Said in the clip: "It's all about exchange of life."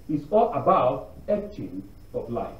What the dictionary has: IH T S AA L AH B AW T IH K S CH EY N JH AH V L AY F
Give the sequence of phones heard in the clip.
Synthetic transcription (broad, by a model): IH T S AA L AH B AW T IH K CH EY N AH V L AY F